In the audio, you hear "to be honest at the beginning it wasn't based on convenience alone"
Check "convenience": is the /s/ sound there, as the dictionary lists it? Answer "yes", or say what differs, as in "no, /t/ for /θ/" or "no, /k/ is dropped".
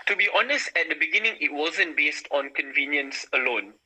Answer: yes